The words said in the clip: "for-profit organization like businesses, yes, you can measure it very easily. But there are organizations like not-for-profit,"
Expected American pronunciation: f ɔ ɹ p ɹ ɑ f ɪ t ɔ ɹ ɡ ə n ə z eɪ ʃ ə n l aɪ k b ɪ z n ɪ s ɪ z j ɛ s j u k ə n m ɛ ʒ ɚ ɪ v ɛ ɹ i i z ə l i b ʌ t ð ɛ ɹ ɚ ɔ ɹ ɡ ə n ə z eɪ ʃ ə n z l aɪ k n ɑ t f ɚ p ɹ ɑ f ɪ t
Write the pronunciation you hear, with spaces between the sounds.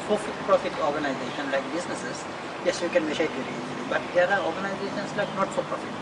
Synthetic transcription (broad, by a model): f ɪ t p ɹ ɑ f ɪ t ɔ ɹ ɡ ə n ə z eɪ ʃ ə n l aɪ k b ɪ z n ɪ s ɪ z j ɛ s j u k ə n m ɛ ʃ ɪ p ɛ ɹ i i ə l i b ʌ t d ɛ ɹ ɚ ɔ ɹ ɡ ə n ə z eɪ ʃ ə n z l aɪ k n ɑ t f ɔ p ɹ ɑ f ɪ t